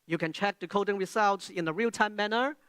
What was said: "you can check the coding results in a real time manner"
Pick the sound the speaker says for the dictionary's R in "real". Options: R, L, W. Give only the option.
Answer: R